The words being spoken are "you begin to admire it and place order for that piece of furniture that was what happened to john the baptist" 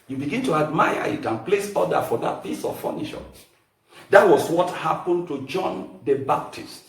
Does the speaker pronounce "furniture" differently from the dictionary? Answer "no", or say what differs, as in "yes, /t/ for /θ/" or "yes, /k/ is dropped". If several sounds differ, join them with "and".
yes, /ʃ/ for /tʃ/